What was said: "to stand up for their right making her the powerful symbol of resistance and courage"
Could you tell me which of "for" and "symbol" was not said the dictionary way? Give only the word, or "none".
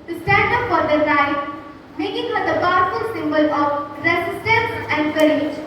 none